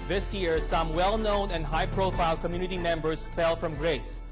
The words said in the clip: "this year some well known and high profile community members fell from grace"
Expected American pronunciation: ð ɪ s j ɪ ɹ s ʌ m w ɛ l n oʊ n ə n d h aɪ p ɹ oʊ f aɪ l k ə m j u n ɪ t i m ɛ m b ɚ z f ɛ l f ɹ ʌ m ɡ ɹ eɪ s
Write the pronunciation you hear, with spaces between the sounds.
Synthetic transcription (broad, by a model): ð ɪ s j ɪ ɹ s ʌ m w ɛ l n oʊ n ə n d h aɪ p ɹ oʊ f aɪ l k ə m j u n ɪ t i m ɛ m b ɚ s f ɛ l f ɹ ʌ m ɡ ɹ eɪ s